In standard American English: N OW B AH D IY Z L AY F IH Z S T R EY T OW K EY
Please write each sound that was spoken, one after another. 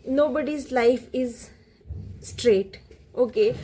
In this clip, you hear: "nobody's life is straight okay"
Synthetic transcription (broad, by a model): N OW B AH D IY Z L AY F IH Z S T R EY T OW K EY